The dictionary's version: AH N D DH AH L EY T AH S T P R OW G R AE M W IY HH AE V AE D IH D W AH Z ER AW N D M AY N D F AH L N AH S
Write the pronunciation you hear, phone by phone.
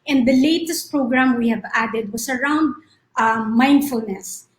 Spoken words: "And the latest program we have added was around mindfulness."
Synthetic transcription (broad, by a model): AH N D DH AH L EY T AH S T P R OW G R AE M W IY HH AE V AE D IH D W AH S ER AW N D M AY N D F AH L N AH S